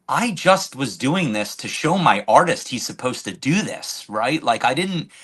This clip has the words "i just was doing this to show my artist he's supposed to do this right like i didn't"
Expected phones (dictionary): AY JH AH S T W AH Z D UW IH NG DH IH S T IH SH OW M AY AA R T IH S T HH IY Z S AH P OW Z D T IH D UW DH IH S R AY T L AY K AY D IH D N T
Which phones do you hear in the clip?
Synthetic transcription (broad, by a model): AY JH AH S T W AH Z D UW IH NG DH IH S T IH SH OW M AY AA R T IH S T HH IY Z S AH P OW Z T IH D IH DH IH S R AY T L AY K AY D IH D N T